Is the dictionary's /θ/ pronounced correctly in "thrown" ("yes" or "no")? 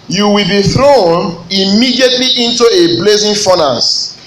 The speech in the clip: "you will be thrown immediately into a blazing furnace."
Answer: yes